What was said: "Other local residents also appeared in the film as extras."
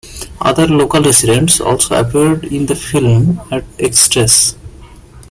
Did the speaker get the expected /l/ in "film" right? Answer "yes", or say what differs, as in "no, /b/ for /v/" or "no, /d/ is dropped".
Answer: yes